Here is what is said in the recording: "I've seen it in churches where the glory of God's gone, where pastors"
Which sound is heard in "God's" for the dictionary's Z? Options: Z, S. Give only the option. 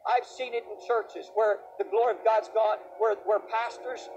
Z